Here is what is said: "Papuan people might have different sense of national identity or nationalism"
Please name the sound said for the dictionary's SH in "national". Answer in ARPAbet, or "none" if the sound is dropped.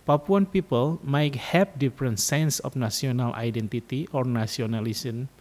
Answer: S